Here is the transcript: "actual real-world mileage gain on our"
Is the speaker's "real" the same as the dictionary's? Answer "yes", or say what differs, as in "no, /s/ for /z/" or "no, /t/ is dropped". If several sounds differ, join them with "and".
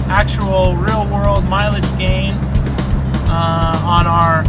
yes